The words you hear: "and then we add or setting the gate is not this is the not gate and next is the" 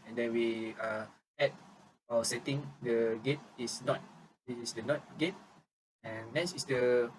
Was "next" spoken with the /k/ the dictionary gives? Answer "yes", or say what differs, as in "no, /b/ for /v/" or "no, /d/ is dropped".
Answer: no, /k/ is dropped